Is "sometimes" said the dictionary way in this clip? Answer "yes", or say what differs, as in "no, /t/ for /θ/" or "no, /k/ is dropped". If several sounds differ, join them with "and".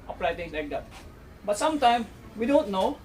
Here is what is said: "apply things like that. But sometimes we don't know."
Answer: no, /z/ is dropped